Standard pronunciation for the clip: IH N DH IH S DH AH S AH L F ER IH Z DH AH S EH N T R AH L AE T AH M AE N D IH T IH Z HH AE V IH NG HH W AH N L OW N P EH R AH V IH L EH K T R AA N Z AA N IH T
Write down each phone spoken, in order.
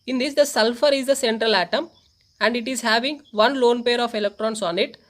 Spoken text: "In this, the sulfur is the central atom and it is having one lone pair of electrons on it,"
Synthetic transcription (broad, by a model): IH N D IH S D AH S AH L F ER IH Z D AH S EH N T R AH L AE T AH M AE N D IH T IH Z HH AE V IH NG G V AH N L OW N P EH R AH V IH L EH K T R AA N S AA N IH T